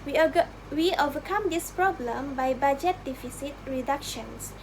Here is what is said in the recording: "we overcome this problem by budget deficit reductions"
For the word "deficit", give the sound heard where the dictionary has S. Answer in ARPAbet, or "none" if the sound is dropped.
S